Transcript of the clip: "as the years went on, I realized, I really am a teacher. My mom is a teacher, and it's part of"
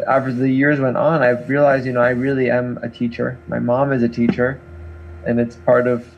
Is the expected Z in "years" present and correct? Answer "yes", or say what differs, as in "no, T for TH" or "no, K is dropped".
yes